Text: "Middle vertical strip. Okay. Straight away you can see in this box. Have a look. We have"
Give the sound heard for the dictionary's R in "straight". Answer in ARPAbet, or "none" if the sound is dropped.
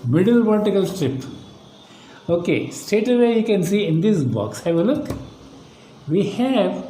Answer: none